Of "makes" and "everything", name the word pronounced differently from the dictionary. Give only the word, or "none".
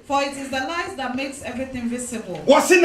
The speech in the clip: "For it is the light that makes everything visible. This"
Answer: none